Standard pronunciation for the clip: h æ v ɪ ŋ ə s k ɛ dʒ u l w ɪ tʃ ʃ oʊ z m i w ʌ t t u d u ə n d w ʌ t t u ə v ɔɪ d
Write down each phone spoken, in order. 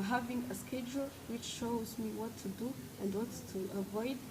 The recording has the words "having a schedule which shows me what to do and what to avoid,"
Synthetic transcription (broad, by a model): h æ v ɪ ŋ ə s k ɛ dʒ u l w ɪ tʃ ʃ oʊ z m i w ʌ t t u d u ə n d w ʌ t t u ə v ɔɪ d